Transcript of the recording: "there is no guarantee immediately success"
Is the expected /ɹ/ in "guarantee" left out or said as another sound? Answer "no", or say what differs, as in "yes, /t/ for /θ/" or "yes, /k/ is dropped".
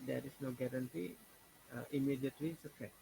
no